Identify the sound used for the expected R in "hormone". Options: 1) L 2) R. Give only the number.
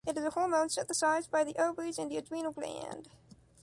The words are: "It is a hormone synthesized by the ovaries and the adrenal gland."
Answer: 1